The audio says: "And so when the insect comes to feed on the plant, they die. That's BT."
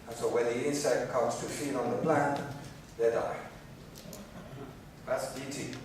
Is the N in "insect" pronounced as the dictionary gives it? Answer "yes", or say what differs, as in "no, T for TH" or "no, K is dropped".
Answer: yes